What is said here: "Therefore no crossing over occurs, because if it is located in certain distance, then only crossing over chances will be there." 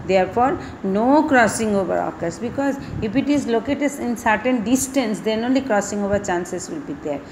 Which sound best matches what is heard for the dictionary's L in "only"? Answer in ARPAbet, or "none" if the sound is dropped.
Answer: L